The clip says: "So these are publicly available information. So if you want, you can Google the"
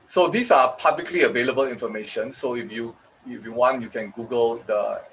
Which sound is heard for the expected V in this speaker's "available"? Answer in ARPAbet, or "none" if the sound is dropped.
V